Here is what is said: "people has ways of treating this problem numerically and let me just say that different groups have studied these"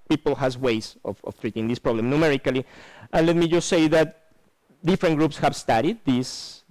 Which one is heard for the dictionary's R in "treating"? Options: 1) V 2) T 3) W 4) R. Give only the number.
4